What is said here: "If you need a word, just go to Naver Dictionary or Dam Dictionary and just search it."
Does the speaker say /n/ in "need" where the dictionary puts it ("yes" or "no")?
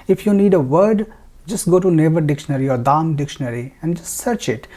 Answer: yes